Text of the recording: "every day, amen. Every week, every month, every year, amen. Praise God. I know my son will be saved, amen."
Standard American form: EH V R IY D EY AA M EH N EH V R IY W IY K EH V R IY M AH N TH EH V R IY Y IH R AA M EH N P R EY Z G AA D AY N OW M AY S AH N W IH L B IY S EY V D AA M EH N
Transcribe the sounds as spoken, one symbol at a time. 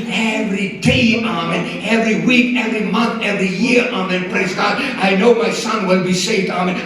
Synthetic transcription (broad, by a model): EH V R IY D EY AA M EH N EH V R IY W IY K EH V R IY M AH N TH EH V R IY Y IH R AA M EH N P R EY Z G AA D AY N OW M AY S AH N W IH L B IY S EY V D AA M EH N